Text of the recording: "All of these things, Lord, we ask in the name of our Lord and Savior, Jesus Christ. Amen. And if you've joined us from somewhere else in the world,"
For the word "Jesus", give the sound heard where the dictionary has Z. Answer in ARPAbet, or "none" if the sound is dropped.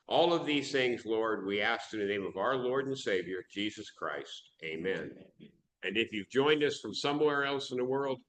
Z